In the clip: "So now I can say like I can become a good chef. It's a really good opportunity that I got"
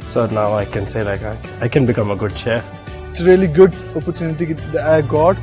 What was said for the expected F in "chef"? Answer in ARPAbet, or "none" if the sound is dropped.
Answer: none